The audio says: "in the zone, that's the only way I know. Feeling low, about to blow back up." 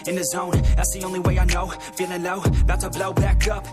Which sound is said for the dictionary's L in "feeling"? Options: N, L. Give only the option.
N